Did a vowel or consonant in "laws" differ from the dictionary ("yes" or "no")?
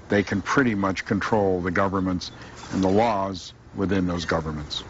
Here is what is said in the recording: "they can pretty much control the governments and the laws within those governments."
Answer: no